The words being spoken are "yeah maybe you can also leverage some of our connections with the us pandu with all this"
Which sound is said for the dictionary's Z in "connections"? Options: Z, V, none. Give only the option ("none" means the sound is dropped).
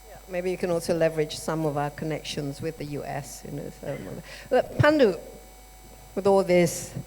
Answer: Z